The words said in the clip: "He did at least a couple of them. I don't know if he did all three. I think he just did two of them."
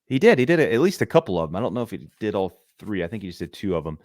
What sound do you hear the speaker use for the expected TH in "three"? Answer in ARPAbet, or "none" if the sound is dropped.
TH